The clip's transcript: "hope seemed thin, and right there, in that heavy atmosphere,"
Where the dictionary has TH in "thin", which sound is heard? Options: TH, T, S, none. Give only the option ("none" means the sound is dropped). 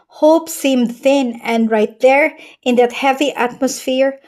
TH